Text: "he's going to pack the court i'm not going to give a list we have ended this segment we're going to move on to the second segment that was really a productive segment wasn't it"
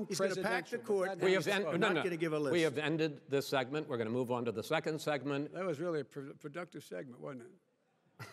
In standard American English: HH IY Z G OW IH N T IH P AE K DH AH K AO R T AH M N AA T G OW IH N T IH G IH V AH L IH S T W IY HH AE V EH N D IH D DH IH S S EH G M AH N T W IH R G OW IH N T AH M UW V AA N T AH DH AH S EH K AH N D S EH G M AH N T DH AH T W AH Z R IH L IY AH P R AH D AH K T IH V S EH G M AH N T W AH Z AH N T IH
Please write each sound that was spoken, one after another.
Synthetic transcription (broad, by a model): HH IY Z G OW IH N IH P AE K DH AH K AO R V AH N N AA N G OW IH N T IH G IH V AH L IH W IY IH V EH N D IH D DH IH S S EH G M AH N T W IH R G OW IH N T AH M UW V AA N T AH DH AH S EH K AH N D S EH G M AH N T DH AH T W AH Z R IH L IY AH P R AH D AH K T IH V S EH G M AH N T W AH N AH T